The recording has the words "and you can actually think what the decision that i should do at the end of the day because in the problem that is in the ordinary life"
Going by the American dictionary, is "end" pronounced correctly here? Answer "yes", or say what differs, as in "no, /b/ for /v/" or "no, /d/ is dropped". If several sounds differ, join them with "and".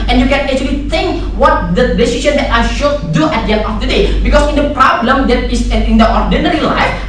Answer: no, /d/ is dropped